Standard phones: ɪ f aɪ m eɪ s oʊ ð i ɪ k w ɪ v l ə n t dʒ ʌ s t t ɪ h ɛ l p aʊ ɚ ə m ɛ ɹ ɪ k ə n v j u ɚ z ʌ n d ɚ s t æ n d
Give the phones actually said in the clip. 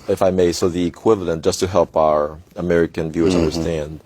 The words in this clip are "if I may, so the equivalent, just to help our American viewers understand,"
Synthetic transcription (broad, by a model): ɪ f aɪ m eɪ s oʊ ð i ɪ k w ɪ v l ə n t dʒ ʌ s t t ɪ h ɛ l p aʊ ɚ ə m ɛ ɹ ɪ k ə n v j u ɚ z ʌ n d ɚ s t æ n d